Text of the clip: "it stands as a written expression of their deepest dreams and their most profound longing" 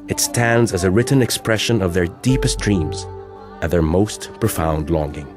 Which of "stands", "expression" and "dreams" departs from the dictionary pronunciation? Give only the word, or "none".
none